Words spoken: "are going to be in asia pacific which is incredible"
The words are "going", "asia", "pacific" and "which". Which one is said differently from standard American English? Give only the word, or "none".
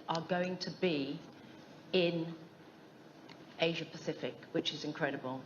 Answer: none